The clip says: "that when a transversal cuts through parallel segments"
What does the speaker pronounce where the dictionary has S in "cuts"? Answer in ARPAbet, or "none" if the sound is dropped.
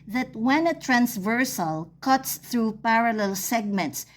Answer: S